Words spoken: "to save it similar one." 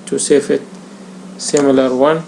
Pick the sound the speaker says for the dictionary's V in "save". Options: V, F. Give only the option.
F